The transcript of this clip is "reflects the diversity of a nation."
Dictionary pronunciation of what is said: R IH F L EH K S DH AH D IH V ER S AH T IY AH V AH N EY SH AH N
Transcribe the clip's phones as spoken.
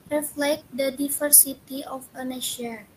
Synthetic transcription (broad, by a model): R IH F L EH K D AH D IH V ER S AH T IY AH P AH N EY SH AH